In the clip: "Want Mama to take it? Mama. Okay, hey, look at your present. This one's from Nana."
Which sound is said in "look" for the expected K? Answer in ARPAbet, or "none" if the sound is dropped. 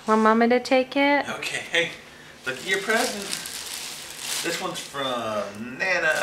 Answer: none